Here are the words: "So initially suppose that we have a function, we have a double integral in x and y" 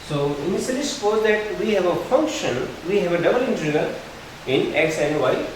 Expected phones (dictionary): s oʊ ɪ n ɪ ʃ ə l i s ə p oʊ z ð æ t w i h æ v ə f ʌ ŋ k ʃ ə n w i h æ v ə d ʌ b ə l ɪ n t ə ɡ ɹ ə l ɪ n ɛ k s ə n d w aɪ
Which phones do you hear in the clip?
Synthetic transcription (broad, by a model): s oʊ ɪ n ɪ s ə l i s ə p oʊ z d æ t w i h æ v ə f ʌ ŋ k ʃ ə n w i h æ v ə d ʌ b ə l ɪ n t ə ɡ ə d ɪ n ɛ k s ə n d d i